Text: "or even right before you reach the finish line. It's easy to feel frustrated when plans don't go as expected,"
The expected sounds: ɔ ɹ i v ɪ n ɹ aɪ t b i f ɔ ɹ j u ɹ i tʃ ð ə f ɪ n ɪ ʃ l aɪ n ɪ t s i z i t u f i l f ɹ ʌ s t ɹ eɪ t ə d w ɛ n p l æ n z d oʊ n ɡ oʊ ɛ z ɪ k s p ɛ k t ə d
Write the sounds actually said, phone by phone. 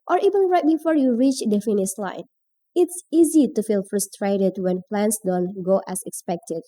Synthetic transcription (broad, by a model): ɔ ɹ i v ɪ n ɹ aɪ t b i f ɔ ɹ j u ɹ i tʃ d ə f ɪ n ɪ s l aɪ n ɪ t s i z i t u f i l f ɹ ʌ s t ɹ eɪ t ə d w ɛ n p l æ n s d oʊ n ɡ oʊ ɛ s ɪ k s p ɛ k t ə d